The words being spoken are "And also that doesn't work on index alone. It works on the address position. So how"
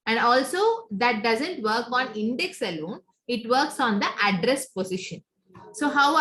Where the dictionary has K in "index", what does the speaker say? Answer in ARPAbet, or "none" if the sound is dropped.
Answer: K